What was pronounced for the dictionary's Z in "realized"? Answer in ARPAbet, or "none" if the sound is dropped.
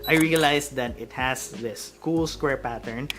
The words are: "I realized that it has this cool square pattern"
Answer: S